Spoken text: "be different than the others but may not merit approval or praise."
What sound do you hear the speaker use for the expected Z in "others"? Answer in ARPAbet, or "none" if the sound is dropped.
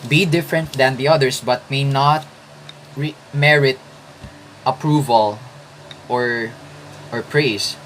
S